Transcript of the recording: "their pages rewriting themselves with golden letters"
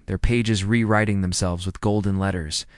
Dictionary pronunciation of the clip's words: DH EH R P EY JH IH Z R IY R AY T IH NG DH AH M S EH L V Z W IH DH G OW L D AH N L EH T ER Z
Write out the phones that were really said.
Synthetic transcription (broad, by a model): DH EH R P EY JH IH Z R IY R AY T IH NG DH AH M S EH L V Z W IH DH G OW L D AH N L EH T ER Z